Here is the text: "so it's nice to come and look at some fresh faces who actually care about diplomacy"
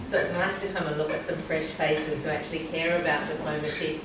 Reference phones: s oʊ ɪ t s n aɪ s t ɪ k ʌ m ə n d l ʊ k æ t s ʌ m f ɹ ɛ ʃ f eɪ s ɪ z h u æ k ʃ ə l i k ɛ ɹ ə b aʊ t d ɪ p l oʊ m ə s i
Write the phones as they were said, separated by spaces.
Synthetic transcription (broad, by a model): s oʊ ɪ t s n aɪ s t ɪ k ʌ m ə n l ʊ k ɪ t s ʌ m f ɹ ɛ ʃ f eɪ s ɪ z h u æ k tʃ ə l i k ɛ ɹ ə b aʊ t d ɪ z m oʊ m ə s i